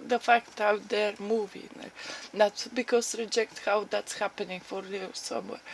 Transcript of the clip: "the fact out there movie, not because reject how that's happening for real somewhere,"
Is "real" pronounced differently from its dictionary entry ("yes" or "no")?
yes